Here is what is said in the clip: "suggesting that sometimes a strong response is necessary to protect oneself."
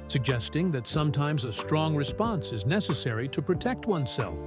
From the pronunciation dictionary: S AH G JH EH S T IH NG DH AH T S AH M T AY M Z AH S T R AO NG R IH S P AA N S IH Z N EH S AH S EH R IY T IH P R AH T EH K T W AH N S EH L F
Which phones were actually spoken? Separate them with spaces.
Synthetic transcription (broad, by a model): S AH G JH EH S T IH NG DH AH T S AH M T AY M Z AH S T R AO NG R IH S P AA N S IH Z N EH S AH S EH R IY T IH P R AH T EH K T W AH N S EH L F